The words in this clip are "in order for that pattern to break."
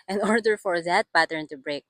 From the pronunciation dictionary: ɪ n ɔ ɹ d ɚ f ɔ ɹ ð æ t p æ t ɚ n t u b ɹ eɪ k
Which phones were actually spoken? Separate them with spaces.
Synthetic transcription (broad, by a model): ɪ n ɔ ɹ d ɚ f ɔ ɹ ð æ t b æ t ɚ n t u b ɹ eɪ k